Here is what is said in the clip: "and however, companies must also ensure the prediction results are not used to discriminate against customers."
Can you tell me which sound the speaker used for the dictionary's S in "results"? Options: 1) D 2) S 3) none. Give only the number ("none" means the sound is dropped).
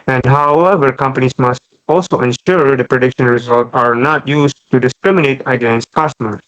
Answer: 3